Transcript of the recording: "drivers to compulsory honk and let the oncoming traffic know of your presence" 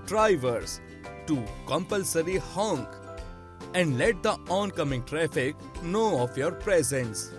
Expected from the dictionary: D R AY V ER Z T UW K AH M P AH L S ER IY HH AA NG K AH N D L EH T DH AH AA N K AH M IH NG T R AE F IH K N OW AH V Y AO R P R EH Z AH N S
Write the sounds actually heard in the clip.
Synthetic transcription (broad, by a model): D R AY V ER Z T UW K AH M P AH L S ER IY HH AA NG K AH N D L EH T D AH AA N K AH M IH NG T R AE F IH K N OW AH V Y AO R P R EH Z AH N S